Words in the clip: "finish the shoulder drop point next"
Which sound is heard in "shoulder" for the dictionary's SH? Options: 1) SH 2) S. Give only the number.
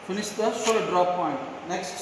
2